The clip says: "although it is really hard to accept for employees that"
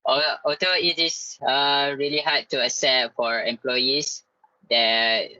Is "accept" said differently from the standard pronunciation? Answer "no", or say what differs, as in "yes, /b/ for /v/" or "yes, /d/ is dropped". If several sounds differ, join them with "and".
yes, /k/ is dropped